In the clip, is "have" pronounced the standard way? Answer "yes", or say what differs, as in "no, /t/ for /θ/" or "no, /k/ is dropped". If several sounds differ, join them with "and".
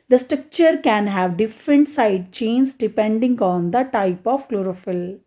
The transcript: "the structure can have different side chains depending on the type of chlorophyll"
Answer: yes